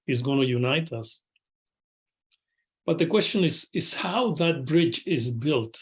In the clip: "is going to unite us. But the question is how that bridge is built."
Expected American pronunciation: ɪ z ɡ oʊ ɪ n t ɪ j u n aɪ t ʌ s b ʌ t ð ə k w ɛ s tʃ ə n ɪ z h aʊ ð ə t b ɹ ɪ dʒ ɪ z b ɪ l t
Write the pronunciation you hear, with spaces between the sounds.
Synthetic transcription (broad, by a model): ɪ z ɡ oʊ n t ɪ j u n aɪ t ʌ s b ʌ t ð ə k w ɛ s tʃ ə n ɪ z h aʊ ð ə t b ɹ ɪ dʒ ɪ z b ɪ l t